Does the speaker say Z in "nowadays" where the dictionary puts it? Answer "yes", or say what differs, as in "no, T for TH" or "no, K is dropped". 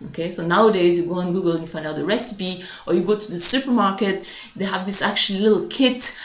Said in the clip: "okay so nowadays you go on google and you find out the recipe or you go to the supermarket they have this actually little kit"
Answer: yes